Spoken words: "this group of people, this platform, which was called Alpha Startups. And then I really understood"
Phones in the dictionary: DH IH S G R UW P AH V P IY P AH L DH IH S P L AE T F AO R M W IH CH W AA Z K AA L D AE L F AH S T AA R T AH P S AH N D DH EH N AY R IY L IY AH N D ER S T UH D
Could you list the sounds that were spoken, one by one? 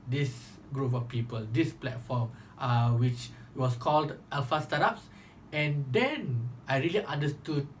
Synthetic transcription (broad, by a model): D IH S G R UW P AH F P IY P AH L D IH S P L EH T F AO M W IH CH W AA S K AA L D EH L F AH S T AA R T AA P S AH N D EH N AY R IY L IY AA N D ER S T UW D